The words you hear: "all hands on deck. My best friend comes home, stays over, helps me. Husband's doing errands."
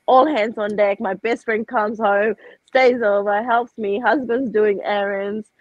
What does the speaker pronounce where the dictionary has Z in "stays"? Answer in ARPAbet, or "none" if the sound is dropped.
Z